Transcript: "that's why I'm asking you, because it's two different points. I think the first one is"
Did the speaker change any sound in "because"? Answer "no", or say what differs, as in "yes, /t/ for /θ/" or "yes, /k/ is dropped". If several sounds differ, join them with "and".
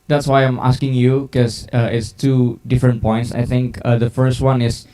yes, /z/ is dropped